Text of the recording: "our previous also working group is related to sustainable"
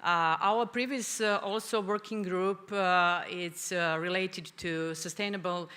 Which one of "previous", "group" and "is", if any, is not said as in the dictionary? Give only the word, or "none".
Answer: is